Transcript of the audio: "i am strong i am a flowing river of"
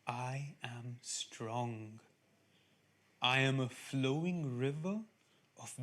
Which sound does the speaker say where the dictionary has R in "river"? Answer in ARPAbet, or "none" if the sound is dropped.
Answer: R